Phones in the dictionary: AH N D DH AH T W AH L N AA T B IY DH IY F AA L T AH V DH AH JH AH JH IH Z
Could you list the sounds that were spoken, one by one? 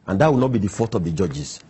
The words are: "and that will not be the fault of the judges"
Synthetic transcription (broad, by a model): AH N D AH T W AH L N AA T B IY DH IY F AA T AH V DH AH JH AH JH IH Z